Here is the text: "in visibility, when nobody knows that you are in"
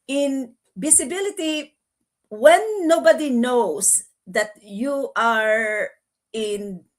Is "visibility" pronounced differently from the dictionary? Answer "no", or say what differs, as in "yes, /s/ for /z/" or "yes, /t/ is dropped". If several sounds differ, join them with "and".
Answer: yes, /b/ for /v/ and /s/ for /z/